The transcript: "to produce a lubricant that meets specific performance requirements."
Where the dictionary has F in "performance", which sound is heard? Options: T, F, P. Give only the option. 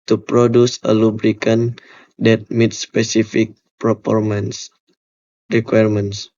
P